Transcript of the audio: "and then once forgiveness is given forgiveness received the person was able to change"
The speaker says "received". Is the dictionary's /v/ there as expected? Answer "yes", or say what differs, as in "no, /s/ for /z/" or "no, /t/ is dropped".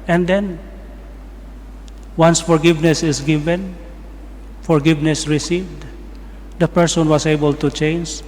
yes